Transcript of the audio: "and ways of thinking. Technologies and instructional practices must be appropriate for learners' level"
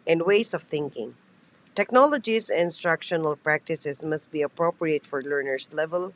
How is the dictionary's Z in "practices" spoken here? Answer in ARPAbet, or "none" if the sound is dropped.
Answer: S